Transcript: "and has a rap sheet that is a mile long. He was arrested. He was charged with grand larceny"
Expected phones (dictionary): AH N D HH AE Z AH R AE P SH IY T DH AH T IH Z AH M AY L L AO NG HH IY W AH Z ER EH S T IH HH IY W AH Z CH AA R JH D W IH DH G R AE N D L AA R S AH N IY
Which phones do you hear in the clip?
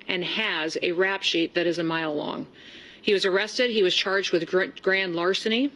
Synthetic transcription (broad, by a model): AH N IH Z AH R AE P SH IY T DH AH T IH Z AH M AY L L AO NG HH IY W AH Z ER EH S T IH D IY W AH Z CH AA R JH D W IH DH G R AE N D L AA R S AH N IY